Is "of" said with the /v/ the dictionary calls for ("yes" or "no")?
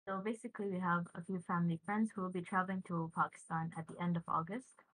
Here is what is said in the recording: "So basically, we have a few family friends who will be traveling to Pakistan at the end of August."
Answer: yes